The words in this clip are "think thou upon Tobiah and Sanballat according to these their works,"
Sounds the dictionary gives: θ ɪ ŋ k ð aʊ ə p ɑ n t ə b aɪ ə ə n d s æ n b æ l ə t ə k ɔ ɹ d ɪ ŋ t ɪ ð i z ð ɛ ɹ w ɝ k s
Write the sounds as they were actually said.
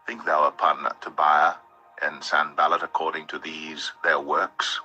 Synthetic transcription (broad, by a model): θ ɪ ŋ k ð aʊ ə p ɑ n t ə b aɪ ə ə n s æ n b æ l ə t ə k ɔ ɹ d ɪ ŋ t ɪ ð i z ð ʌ ɹ w ɝ k s